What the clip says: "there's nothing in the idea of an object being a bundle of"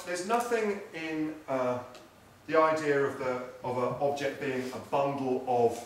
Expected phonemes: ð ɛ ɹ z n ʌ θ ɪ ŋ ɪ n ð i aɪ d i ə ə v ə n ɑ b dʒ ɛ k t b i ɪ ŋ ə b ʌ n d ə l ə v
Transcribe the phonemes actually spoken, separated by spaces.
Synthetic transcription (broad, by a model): ð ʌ z n ʌ θ ɪ ŋ ɪ n ð i aɪ d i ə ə v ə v ɑ b dʒ ɛ k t b i ɪ ŋ ə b ʌ n d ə l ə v